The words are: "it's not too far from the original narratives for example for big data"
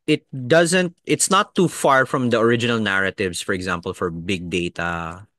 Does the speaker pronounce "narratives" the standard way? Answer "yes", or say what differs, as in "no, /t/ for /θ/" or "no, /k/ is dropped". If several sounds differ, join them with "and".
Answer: no, /s/ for /z/